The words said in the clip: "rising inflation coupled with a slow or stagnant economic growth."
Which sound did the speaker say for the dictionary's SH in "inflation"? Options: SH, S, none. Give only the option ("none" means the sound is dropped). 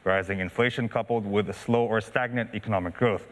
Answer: SH